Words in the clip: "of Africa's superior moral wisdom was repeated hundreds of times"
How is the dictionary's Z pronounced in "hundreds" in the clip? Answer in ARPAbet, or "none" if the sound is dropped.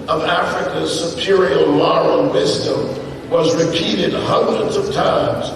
Z